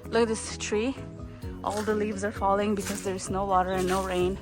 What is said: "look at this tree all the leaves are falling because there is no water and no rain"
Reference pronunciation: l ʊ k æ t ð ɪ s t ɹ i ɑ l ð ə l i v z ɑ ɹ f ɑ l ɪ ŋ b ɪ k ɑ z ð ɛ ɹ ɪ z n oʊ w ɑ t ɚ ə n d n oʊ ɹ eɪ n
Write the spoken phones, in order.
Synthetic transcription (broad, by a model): l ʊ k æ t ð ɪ s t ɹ i ɑ l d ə l i v z ɑ ɹ f ɑ l ɪ ŋ b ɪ k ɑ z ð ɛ ɹ ɪ z n oʊ w ɑ t ɚ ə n n oʊ ɹ eɪ n